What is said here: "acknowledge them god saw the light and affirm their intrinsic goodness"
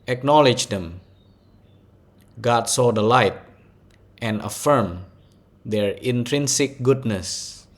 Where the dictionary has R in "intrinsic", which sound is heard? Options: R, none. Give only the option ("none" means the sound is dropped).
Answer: R